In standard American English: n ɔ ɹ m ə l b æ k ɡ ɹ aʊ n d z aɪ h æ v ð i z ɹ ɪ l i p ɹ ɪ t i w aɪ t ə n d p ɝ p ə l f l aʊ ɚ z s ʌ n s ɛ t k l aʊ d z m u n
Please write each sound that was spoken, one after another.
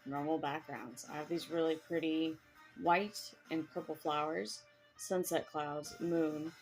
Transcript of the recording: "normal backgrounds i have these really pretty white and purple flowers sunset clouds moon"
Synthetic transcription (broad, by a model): n ɔ ɹ m l b æ k ɡ ɹ aʊ n d z aɪ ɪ v ð i z ɹ ɪ l i p ɹ ɪ t i w aɪ t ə n p ɝ p l f l aʊ ɚ z s ʌ n s ɛ t k l aʊ d z m u n